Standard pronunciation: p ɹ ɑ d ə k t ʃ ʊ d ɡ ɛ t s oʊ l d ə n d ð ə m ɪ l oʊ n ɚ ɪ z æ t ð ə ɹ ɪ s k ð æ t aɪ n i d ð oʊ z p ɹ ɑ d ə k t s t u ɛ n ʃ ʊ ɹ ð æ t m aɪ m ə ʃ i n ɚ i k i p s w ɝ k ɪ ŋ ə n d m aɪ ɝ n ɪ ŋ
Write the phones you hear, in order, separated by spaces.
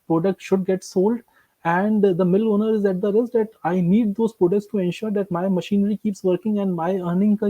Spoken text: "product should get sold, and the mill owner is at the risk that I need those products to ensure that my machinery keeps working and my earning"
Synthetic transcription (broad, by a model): p ɹ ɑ d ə k t ʃ ʊ d ɡ ɛ t s oʊ l d ə n d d ə m ɪ l oʊ n ɚ ɪ z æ t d ə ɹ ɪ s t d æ t aɪ n i d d oʊ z p ɹ ɑ d ə k t s t u ɛ n ʃ ʊ ɹ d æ t m aɪ m ə ʃ i n ɚ i k i p s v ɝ k ɪ ŋ ə n d m aɪ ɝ n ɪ ŋ